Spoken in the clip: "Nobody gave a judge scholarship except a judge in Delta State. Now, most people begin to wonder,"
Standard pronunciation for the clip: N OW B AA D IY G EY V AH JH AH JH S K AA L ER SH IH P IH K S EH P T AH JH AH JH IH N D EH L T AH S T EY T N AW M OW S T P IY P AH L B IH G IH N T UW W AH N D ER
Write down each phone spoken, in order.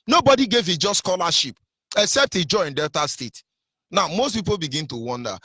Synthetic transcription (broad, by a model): N OW B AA D IY G EY V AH JH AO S K AA L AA SH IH P IH K S EH P T AH JH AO IH N D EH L T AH S T EY T N AW M OW S T P IY P AH L B IH G IH N T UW W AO N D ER